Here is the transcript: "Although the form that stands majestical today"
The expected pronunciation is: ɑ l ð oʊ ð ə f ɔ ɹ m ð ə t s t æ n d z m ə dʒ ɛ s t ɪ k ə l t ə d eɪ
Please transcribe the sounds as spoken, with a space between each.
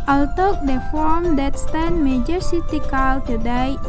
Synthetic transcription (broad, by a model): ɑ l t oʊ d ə f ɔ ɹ m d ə t s t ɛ n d m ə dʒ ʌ s t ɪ k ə l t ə d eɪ